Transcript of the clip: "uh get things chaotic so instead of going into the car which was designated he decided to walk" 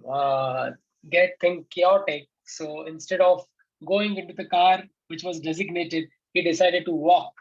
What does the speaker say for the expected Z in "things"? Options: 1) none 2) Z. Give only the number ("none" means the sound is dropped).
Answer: 1